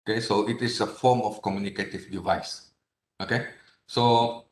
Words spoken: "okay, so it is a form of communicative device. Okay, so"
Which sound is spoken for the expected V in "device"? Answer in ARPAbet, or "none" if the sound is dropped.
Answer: V